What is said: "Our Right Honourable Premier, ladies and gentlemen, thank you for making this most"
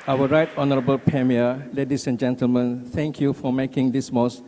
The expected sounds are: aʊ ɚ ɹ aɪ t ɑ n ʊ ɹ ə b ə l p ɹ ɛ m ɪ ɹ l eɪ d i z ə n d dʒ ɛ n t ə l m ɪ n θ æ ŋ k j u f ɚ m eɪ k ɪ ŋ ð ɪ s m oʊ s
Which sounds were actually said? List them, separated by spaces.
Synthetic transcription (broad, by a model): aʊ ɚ ɹ aɪ t ɑ n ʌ ɹ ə b ə l p ɹ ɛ m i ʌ l eɪ d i s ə n dʒ ɛ n t ə l m ɪ n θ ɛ ŋ k j u f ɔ m eɪ k ɪ ŋ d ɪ s m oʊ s